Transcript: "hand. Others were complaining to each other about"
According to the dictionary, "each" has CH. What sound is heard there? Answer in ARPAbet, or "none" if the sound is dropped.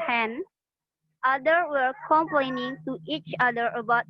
CH